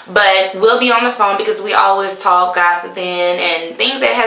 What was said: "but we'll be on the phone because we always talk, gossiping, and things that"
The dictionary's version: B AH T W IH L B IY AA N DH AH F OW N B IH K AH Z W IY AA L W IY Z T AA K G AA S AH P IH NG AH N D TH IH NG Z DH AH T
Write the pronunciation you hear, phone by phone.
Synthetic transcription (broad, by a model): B AH T W IH L B IY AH N DH AH F OW N B IH K AH Z W IY AA L W IY Z T AA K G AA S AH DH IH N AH N TH IH NG Z DH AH T